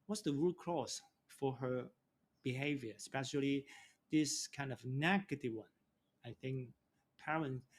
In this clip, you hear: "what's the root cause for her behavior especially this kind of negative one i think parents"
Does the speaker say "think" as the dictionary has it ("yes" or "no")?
yes